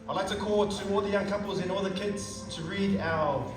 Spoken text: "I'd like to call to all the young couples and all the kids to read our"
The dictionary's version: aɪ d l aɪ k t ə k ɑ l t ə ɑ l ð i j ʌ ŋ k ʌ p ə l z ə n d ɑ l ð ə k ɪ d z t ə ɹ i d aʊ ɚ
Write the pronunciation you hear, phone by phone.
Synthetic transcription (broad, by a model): aɪ l aɪ k t ə k ɑ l t ə ɑ l ð i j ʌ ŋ k ʌ p ə l z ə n ɑ l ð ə k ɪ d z t ə ɹ i d aʊ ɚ